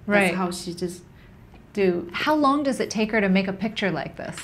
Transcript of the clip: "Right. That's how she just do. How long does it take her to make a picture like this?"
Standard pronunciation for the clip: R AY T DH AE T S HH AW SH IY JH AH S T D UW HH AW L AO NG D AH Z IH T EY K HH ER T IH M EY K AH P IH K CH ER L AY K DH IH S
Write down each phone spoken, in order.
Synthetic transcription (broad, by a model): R AY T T HH AW SH IY JH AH S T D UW HH AW L AO NG D AH Z IH T EY K HH ER T IH M EY K AH P IH K CH ER L AY K DH IH S